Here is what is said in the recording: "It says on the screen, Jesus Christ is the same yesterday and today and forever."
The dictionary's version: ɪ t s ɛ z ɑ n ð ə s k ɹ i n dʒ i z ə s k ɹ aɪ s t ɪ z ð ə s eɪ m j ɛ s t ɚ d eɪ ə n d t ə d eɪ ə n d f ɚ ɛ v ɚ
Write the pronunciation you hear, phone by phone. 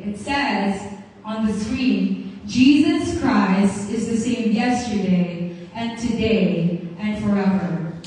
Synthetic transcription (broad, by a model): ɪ t s ɛ z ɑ n ð ə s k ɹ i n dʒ i z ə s k ɹ aɪ s t ɪ z ð ə s eɪ m j ɛ s t ɚ d eɪ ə n t ə d eɪ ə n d f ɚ ɛ v ɚ